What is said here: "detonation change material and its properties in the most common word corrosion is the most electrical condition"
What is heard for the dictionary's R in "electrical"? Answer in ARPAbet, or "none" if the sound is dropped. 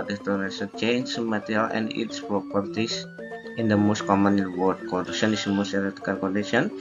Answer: none